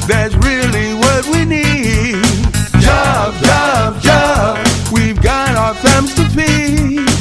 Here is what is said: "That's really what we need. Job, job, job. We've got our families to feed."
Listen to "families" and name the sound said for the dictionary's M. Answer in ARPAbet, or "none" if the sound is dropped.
none